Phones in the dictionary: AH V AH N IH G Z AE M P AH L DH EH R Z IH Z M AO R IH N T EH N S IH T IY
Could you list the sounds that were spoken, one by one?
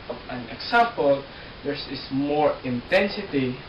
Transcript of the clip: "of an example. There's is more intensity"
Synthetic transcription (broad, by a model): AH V AH N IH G S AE M P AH L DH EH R S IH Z M AO R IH N T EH N S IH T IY